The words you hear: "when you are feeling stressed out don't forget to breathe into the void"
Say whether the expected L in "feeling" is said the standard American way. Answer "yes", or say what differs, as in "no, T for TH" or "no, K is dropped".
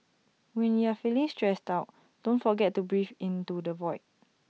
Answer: yes